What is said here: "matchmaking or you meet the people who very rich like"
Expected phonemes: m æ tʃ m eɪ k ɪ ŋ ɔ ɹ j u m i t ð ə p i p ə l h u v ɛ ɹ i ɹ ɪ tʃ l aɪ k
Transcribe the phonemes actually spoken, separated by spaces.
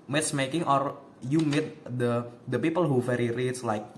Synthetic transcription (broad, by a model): m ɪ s m eɪ k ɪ ŋ ɔ ɹ j u m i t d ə p i p ə l h u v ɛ ɹ i ɹ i s l aɪ k